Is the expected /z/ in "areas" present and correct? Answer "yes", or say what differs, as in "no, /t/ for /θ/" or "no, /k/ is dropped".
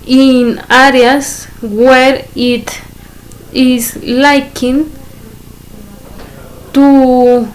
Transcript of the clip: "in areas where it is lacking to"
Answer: no, /s/ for /z/